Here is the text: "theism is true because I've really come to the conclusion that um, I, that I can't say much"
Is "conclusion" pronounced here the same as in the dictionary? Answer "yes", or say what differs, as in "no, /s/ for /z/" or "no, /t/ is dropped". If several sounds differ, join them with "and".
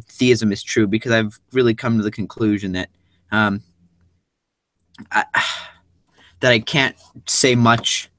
yes